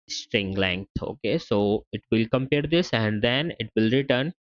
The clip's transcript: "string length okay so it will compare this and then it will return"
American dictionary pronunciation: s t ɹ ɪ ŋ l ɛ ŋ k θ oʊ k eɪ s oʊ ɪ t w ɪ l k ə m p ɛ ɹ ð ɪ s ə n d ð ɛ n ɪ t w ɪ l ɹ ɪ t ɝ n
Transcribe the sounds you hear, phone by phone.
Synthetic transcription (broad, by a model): s t ɹ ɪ ŋ l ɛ ŋ k t oʊ k eɪ s oʊ ɪ t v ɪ l k ə m p ɛ ɹ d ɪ s ə n d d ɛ n ɪ t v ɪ l ɹ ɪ t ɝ n